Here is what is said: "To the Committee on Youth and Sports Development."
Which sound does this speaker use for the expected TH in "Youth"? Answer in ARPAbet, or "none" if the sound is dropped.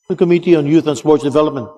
TH